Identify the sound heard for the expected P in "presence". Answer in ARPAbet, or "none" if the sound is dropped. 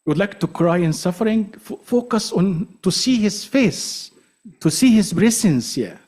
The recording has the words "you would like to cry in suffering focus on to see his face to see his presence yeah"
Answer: B